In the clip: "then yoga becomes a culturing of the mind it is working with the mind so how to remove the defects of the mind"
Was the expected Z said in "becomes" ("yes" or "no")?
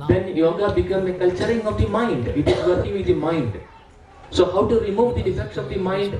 no